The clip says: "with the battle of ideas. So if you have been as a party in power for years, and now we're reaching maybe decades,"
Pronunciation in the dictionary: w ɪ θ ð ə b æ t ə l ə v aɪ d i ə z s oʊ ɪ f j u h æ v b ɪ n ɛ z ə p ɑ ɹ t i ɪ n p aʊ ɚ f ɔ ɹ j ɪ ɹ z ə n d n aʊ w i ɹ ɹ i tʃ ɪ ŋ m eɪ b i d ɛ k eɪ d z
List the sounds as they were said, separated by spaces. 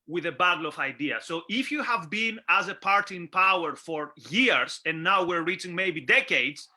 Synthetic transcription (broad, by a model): w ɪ ð ə b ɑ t l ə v aɪ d i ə s oʊ ɪ f j u h æ v b ɪ n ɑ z ə p ɑ ɹ t i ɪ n p aʊ ɚ f ɔ ɹ j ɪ ɹ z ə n n aʊ w i ɹ ɹ i tʃ ɪ ŋ m eɪ b i d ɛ k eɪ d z